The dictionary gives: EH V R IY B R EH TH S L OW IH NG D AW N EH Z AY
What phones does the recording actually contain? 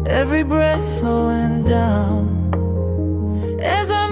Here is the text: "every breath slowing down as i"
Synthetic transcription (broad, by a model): EH V R IY B R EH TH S OW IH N D AW N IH Z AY